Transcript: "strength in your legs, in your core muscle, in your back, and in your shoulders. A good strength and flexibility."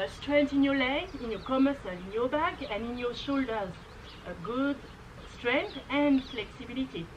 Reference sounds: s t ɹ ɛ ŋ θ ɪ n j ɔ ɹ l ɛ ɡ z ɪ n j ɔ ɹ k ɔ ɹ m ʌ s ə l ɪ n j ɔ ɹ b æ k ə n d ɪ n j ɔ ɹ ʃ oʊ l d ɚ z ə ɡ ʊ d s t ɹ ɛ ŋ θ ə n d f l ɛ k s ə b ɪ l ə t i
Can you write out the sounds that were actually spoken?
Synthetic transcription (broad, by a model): s t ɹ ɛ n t ɪ n j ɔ l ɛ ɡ ɪ n j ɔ k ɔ m ʌ s ə l ɪ n j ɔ b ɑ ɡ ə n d ɪ n j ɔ ʃ oʊ l d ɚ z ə ɡ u d s t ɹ ɛ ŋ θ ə n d f l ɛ k s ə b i l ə t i